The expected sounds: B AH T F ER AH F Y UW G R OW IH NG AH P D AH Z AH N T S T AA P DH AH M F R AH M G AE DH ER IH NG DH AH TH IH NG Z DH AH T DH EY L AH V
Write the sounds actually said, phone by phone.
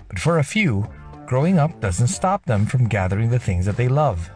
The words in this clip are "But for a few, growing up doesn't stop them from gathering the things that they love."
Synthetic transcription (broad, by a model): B AH T F ER AH F Y UW G R OW IH NG AH P D AH Z AH N T S T AA P DH AH M F R AH M G AE DH ER IH NG DH AH TH IH NG Z DH AH T DH EY L AH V